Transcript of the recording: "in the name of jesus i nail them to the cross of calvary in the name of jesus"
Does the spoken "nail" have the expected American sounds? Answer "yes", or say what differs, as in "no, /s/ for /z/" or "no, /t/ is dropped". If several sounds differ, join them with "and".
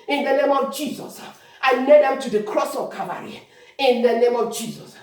no, /l/ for /n/